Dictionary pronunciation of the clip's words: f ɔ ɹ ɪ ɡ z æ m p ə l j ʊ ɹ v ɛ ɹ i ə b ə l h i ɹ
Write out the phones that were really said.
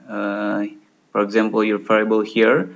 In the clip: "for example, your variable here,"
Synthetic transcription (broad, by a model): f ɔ ɹ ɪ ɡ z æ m p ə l j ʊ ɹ f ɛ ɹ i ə b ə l h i ɹ